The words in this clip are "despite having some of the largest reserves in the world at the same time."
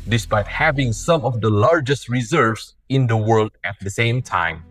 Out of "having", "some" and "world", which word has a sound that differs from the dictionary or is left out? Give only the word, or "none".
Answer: none